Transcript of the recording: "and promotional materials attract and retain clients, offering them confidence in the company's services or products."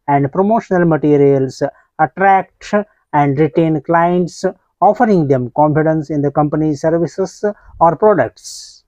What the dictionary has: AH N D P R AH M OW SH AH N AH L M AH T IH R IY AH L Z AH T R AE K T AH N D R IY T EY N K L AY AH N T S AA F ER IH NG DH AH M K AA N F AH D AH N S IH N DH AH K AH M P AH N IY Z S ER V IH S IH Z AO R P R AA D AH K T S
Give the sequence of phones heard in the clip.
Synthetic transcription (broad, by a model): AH N D P R AH M OW SH AH N AH L M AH T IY R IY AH L S AH T R AE K T AH N D R IY T EY N K L AY AH N T S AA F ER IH NG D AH M K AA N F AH D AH N S IH N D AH K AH M P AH N IY S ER V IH S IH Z AO R P R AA D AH K T S